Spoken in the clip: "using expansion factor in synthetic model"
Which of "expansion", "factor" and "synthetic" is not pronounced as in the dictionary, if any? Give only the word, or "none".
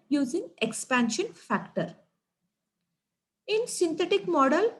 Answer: synthetic